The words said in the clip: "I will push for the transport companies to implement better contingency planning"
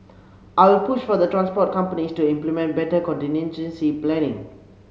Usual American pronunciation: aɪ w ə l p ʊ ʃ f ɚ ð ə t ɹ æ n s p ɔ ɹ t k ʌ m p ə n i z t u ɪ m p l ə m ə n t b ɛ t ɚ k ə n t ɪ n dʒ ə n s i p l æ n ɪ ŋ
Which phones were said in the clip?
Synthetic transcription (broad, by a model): aɪ w ə l p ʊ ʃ f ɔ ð ə t ɹ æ n s p ɔ t k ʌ m p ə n i s t u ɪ m p l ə m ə n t b ɛ t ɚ k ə n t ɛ n ʃ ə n s i p l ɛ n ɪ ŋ